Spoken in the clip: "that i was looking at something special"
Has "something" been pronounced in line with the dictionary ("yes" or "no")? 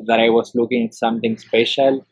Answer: no